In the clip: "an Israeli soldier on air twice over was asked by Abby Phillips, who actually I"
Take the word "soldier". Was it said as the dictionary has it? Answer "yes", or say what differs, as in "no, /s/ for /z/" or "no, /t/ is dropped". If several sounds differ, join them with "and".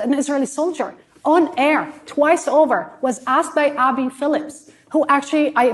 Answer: yes